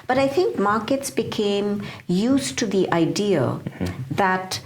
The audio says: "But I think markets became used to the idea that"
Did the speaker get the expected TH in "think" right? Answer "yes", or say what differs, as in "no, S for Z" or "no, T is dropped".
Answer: no, T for TH